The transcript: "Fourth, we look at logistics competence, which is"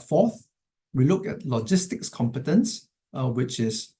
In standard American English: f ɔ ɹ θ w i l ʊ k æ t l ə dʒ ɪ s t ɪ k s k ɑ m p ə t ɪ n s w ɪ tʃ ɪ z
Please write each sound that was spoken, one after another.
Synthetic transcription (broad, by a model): f ɔ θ w i l ʊ k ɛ t l ə dʒ ɪ s t ɪ k s k ɑ m p ə t ɪ n s w ɪ tʃ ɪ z